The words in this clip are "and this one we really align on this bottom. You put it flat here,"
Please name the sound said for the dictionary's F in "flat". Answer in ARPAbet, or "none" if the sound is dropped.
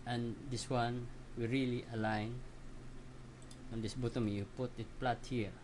P